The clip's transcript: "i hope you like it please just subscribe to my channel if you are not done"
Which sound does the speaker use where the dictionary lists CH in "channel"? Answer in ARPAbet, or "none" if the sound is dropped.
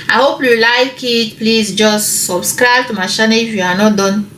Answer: SH